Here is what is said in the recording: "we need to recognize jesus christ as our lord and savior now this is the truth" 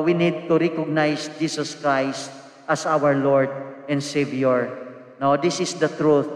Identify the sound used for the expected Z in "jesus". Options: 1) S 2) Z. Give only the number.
1